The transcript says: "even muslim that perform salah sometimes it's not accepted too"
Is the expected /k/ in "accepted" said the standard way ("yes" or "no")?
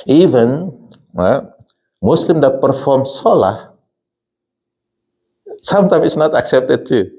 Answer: yes